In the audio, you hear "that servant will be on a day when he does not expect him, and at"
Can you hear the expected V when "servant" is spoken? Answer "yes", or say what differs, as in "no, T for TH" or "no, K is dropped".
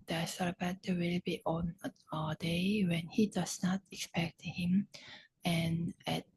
no, B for V